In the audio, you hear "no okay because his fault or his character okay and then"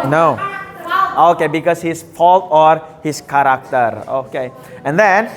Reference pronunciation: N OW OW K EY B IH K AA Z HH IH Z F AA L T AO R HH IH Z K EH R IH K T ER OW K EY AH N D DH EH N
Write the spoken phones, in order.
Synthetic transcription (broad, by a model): N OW OW K EY B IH K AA S HH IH S F AA L T AO R HH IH S K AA R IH K T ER OW K EY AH N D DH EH N